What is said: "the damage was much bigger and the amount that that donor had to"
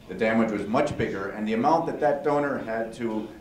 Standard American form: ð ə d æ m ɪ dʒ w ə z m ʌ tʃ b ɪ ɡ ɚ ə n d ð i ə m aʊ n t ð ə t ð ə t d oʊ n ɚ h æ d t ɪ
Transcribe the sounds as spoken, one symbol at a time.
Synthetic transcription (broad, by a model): ð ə d æ m ɪ dʒ w ə z m ʌ tʃ b ɪ ɡ ɚ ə n ð i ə m aʊ n ð ə t ð ə t d oʊ n ɚ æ d t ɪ